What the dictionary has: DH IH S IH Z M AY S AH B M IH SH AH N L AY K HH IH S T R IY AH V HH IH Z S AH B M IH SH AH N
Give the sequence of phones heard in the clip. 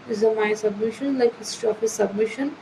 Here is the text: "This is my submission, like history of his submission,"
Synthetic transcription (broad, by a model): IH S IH M AY S AH B M IH SH AH N L AY K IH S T IY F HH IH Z S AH B M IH SH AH N